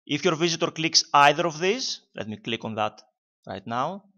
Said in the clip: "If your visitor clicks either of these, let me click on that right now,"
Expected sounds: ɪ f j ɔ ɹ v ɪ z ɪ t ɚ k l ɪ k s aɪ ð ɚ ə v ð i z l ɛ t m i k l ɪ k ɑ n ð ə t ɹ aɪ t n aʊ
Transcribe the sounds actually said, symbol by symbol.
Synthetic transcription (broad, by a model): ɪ f j ɔ ɹ v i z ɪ t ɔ k l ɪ k s aɪ ð ɚ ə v ð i s l ɛ t m i k l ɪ k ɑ n ð ə t ɹ aɪ t n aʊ